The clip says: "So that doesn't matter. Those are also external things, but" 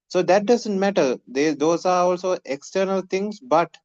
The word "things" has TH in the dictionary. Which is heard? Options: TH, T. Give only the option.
T